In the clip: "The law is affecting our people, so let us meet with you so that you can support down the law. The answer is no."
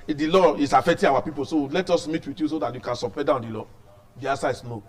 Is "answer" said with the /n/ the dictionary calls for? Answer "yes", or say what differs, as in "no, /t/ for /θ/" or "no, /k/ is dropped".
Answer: no, /n/ is dropped